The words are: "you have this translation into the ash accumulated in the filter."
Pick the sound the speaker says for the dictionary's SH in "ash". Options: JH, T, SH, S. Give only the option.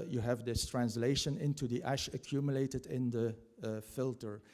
SH